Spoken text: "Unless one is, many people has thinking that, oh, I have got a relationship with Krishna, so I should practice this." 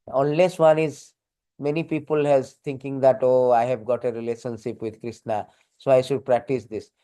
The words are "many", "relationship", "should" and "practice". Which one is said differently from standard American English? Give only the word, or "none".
none